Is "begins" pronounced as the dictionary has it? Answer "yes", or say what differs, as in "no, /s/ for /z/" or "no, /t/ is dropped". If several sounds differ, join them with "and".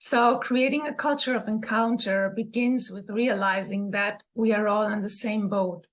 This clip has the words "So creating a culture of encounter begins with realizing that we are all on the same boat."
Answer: yes